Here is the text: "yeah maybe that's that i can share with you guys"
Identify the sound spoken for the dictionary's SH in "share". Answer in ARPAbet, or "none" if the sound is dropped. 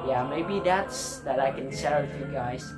S